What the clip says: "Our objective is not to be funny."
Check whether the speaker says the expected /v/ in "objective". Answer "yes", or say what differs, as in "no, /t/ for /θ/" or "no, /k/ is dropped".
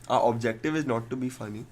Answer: yes